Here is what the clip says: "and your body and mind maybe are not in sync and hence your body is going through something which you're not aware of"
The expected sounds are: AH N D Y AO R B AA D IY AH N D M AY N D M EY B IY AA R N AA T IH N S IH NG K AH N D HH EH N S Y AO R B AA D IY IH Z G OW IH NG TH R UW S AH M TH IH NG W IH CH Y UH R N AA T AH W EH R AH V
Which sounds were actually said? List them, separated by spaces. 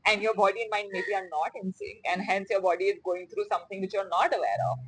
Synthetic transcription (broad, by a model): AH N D Y AO R B AA D IY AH N M AY N D M EY B IY AA R N AA T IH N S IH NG AH N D HH EH N S Y AO R B AA D IY IH Z G OW IH NG T R UW S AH M T IH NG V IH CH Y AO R N AA T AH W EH R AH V